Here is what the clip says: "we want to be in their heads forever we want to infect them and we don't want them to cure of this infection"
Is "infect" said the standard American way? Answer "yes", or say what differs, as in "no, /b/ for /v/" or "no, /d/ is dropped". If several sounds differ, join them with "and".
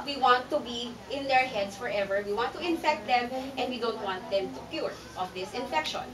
yes